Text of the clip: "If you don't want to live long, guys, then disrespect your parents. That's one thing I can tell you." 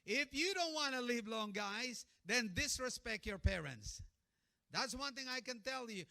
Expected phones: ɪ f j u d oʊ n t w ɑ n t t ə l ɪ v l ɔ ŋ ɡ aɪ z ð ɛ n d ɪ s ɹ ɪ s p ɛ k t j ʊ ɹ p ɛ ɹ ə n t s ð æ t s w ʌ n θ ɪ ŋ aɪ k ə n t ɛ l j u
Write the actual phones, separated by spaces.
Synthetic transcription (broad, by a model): ɪ f j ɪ d oʊ n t w ɑ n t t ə l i v l ɔ ŋ ɡ aɪ z ð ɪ n d ɪ s ɹ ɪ s p ɛ k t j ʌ ɹ p ɛ ɹ ə n t s ð æ t s w ʌ n θ ɪ ŋ aɪ k ə n t ɛ l j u